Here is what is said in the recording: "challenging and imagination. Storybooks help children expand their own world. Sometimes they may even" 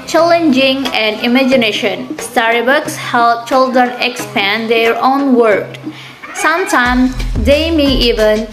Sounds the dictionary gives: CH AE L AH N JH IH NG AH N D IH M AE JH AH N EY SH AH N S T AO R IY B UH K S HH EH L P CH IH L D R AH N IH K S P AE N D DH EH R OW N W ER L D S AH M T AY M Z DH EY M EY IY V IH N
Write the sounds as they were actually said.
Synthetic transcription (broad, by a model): CH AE L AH N JH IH NG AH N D IH M AE JH AH N EY SH AH N S T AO R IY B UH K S HH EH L CH IH L D R AH N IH K S P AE N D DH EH R OW N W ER D S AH M T AY M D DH EY M EY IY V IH N